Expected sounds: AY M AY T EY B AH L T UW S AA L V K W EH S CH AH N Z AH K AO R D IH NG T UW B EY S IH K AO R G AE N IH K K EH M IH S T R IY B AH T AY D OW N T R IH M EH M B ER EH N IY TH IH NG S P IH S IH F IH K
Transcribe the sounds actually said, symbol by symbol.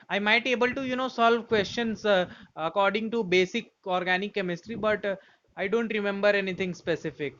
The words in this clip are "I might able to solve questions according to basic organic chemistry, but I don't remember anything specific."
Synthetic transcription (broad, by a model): AY M AY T EY B AH L T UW S AA L V K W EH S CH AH N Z AH K AO R D IH NG T UW B EY S IH K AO R G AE N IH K K EH M IH S T R IY B AH T AY D OW N T R IH M EH M B ER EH N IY T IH NG S P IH S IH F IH K